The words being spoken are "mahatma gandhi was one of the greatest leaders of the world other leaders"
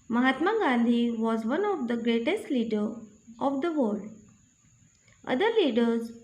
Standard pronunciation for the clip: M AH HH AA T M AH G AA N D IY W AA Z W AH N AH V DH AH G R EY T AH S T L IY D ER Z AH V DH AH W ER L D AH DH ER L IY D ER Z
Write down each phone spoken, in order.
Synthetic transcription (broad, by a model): M AH HH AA T M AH G AA N D IY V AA Z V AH N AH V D AH G R EY T AH S T L IY D ER AH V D AH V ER D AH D ER L IY D ER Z